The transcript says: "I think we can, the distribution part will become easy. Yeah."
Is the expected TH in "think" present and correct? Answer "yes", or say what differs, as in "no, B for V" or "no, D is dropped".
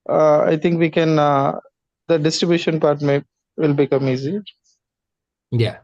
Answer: no, T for TH